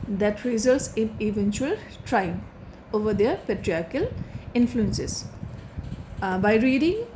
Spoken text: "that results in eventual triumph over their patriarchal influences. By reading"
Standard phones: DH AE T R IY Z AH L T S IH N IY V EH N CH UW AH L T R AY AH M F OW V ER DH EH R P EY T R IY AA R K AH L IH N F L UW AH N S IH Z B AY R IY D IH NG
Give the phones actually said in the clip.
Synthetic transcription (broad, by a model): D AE T R IY Z AH L T S IH N IY V EH N CH UW AH L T R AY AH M OW V ER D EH R P EY T R IY AA R K AH L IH N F L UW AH N S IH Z B AY R IY D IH NG